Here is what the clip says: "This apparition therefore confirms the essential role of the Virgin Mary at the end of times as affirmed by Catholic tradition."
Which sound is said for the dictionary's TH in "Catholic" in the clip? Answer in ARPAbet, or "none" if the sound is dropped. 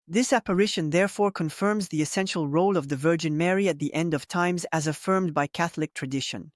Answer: TH